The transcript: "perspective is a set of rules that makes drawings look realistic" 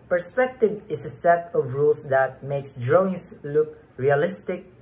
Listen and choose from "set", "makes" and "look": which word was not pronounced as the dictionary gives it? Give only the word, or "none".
none